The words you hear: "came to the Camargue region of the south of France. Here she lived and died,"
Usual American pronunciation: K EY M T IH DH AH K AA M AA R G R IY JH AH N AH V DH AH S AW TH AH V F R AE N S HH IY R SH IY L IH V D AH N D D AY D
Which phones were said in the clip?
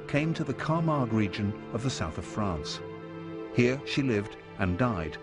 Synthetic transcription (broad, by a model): K EY M T IH DH AH K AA M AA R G R IY JH AH N AH V DH AH S AW TH AH V F R AE N S HH IY R SH IY L IH V D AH N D D AY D